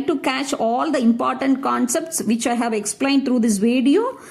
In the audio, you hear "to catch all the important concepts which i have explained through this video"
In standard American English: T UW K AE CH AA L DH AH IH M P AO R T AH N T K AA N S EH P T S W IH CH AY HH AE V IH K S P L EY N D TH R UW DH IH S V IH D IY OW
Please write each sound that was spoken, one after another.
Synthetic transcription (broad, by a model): T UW K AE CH AA L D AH IH M P AO R T AH N T K AA N S EH P T S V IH CH AY HH AE V IH K S P L EY N D T R UW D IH S V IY D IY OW